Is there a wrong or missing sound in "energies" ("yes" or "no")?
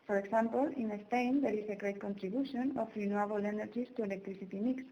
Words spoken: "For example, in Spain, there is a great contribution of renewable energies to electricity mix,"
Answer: yes